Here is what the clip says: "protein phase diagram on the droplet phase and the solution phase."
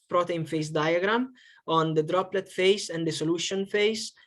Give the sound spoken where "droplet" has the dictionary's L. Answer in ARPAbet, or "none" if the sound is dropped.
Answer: L